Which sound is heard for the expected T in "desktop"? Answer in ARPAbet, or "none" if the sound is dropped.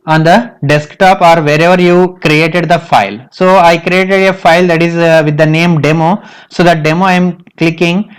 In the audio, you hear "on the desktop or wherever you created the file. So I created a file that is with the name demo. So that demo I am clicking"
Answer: T